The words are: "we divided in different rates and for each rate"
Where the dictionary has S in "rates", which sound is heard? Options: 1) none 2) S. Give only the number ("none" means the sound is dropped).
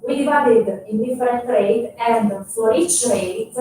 1